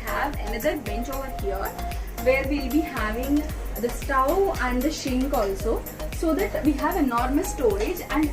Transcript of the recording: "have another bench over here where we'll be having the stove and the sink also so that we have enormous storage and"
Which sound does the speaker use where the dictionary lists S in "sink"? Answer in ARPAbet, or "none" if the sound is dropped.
SH